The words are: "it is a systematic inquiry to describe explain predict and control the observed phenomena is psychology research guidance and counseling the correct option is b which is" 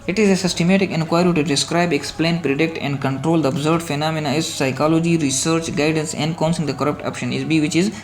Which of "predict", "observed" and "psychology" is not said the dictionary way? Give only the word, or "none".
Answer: observed